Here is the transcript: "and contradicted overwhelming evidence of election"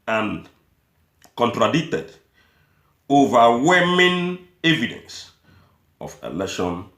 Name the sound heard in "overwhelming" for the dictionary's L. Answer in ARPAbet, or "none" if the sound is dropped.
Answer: none